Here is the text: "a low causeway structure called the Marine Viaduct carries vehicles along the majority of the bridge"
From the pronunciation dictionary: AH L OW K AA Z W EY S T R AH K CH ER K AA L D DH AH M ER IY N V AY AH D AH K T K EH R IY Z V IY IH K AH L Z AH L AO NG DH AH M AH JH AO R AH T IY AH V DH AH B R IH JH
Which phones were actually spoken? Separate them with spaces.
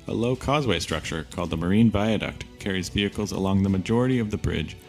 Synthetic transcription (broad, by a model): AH L OW K AA Z W EY S T R AH K CH ER K AA L D DH AH M ER IY N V AY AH D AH K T K EH R IY Z V IY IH K L Z AH L AO NG DH AH M AH JH AO R AH T IY AH V DH AH B R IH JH